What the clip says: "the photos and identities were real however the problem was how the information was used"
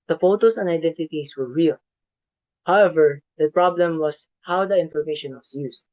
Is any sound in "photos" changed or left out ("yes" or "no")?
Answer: yes